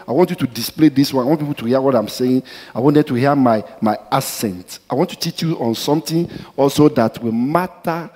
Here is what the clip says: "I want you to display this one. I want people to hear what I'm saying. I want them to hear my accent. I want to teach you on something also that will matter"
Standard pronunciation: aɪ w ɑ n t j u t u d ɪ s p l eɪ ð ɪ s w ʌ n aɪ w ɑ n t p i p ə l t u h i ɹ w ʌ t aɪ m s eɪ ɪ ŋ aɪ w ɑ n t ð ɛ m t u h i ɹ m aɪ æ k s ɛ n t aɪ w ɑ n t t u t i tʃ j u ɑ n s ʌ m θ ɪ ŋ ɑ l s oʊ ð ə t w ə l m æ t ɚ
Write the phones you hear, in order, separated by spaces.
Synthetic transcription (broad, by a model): aɪ w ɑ n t j u t u d ɪ s p l eɪ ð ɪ s w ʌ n aɪ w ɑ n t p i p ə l t u h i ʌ w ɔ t aɪ m s eɪ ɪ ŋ aɪ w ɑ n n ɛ t u h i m m aɪ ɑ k s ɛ n t aɪ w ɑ n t t u t i tʃ j u ɑ n s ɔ m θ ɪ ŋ ɑ l s oʊ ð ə t w ə l m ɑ t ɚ